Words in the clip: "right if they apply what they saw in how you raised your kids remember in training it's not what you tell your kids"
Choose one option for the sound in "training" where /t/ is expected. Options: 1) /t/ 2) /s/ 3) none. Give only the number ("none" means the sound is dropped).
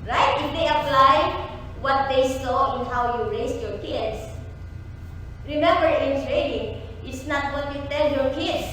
2